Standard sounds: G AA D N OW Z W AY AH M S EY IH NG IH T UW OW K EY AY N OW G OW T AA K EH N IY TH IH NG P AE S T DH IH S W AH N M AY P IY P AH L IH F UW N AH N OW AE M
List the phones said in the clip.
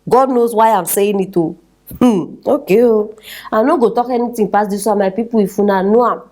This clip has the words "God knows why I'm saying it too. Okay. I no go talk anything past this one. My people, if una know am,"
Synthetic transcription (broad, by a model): G AA D N OW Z W AY AH M S EY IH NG IH T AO OW K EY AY N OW G OW T AA K EH N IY T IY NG P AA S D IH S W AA M AY P IY P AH W IH F UW N AH N OW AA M